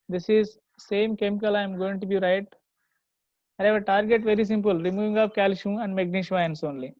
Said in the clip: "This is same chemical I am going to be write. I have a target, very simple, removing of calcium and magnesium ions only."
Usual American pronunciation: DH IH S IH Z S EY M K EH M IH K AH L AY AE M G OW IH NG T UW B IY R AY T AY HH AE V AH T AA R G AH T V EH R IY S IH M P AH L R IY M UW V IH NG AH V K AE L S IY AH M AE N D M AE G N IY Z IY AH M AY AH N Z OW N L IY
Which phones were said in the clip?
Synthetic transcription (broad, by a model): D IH S IH Z S EY M K EH M IH K AH L AY M G OW IH NG T UW B IY R AY T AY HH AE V AH T AA R G AH T V EH R IY S IH M P AH L R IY M UW V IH NG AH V K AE L SH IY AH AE N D M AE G N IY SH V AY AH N S OW N L IY